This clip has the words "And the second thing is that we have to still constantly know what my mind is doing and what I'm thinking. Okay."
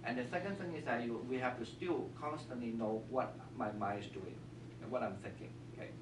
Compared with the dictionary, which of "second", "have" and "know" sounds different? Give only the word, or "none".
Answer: have